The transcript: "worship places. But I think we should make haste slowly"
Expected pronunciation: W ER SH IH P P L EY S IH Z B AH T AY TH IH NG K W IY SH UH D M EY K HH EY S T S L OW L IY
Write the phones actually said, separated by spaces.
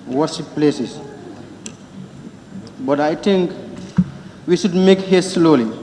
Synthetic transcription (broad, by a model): W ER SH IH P P L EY S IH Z B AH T AY T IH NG K W IY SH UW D M EY K HH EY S S L OW L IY